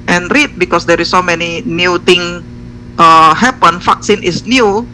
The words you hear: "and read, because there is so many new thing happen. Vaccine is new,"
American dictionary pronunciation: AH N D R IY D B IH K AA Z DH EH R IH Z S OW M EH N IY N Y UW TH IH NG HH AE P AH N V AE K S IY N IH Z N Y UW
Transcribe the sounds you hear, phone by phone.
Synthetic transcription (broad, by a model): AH N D R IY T B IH K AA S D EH R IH S OW M EH N IY N Y UW T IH NG HH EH P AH N F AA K S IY N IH S N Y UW